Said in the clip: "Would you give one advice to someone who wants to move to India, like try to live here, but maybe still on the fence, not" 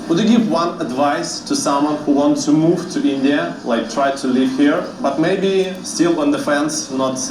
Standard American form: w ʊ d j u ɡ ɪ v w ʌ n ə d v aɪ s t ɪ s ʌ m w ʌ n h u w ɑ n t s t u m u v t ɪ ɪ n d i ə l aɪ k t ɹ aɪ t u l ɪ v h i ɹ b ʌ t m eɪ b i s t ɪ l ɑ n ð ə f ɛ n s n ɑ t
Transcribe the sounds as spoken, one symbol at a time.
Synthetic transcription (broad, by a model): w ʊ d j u ɡ ɪ v w ʌ n ə d v aɪ s t ɪ s ʌ m w ʌ n h u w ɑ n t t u m u v t ɪ ɪ n d i ə l aɪ k t ɹ aɪ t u l ɪ v h i ɹ b ʌ t m eɪ b i s t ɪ l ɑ n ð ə f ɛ n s n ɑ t